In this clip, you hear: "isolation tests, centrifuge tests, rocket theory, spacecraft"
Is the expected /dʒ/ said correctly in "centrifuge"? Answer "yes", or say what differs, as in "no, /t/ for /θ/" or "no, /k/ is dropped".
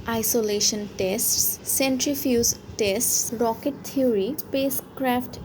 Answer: no, /z/ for /dʒ/